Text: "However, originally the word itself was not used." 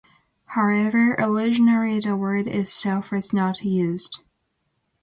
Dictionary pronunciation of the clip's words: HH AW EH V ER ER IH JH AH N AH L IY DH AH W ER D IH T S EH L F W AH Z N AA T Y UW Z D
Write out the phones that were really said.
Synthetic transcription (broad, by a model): HH AW EH V ER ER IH ZH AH N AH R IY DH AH W ER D IH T S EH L F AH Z N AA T Y UW Z D